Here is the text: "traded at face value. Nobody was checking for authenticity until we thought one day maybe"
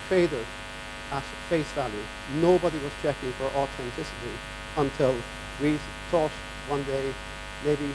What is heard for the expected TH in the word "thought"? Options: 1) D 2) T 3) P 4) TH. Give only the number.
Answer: 2